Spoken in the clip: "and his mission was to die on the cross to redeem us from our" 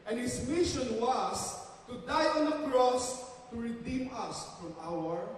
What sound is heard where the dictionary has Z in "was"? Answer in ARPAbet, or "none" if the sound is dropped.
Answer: S